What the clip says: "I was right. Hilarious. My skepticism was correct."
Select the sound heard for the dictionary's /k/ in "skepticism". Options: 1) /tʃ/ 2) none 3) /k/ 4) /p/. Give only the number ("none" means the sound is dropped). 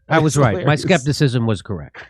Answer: 3